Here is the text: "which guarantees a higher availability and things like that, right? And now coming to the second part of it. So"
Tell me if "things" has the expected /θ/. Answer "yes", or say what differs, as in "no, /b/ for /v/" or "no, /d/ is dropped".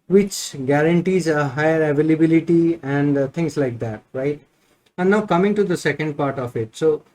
no, /t/ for /θ/